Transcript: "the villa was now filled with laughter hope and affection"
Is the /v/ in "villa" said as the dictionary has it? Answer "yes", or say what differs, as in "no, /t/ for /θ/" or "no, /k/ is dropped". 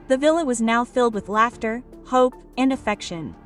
yes